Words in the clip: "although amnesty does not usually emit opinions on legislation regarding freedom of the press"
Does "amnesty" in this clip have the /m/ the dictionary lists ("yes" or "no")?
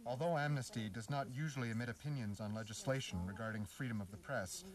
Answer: yes